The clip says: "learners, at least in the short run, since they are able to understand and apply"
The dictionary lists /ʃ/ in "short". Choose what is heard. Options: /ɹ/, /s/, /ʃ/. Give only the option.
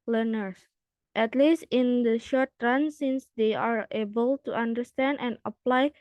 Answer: /ʃ/